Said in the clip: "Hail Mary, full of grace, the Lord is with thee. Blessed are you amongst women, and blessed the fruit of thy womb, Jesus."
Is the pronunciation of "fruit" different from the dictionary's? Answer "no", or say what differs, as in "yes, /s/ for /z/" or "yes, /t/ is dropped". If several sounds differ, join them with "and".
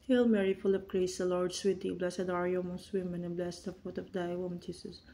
yes, /ɹ/ is dropped